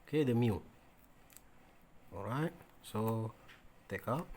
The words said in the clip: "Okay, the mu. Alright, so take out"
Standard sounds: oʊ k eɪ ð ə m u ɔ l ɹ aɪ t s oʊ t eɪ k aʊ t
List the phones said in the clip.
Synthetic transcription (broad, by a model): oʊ k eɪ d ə m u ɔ ɹ aɪ t s oʊ t eɪ k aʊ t